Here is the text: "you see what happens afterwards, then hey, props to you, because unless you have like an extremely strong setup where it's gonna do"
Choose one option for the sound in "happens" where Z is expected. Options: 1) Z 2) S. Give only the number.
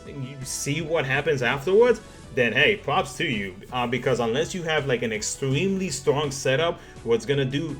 1